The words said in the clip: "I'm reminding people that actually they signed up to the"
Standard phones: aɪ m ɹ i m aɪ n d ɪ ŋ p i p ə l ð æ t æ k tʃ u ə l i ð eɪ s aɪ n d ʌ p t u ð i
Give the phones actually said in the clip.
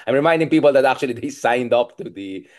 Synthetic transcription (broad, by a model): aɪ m ɹ i m aɪ n d ɪ ŋ p i p ə l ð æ t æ k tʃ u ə l i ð eɪ s aɪ n d ʌ p t u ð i